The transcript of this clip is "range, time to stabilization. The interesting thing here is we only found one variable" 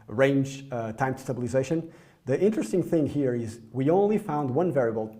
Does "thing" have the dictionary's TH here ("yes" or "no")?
yes